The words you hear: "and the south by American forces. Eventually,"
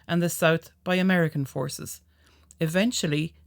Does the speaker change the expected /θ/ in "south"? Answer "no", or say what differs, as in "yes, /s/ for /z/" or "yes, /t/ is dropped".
no